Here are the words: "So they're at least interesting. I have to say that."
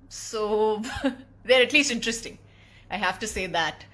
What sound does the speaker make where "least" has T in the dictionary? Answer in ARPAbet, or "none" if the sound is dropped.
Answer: T